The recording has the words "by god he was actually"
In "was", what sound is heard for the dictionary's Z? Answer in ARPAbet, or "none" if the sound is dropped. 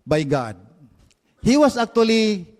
S